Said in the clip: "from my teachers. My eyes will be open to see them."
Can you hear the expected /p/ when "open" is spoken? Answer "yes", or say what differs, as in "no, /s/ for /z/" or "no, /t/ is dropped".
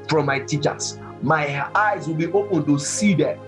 yes